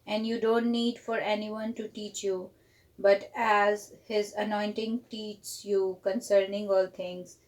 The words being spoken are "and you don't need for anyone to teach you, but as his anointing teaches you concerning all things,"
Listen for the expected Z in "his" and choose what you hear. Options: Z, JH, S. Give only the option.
Z